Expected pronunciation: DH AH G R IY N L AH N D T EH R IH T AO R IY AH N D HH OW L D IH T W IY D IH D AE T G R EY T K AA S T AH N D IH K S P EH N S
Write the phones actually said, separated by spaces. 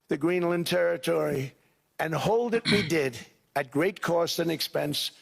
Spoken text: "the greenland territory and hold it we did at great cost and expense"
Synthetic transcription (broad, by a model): DH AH G R IY N L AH N T EH R IH T AO R IY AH N HH OW L D IH T W IY D IH D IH T G R EY T K AA S T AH N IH K S P EH N S